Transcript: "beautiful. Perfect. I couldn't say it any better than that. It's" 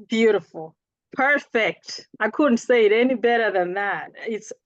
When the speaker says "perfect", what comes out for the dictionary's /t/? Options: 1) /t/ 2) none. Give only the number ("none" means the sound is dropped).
1